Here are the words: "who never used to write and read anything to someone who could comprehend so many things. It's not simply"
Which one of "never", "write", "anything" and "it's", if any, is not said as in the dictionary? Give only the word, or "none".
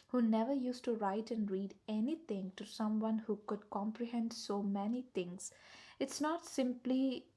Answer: anything